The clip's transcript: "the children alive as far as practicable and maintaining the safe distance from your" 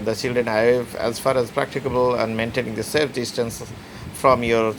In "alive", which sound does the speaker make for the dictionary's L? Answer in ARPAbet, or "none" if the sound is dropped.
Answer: none